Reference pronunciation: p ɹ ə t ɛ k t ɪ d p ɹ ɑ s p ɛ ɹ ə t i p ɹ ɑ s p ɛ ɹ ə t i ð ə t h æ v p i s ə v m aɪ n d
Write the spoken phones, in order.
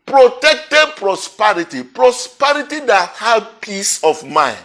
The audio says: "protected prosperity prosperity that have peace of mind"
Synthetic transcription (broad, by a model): p ɹ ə t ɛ k t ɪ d p ɹ ɑ s p ɛ ɹ ə t i p ɹ ɑ s p ɛ ɹ ə t i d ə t h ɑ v p i s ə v m aɪ n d